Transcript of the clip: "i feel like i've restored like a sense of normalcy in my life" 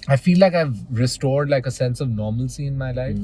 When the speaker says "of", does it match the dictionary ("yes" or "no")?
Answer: yes